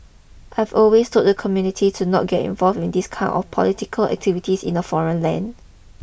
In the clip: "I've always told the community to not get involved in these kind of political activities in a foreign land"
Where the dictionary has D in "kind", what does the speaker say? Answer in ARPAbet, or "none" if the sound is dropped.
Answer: none